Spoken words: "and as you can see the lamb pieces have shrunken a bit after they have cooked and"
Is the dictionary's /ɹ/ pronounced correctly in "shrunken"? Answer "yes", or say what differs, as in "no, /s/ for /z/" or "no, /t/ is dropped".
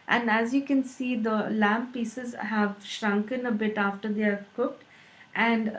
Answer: yes